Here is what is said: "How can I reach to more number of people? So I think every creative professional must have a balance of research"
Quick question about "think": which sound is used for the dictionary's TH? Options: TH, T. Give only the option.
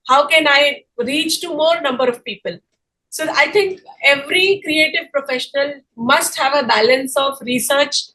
T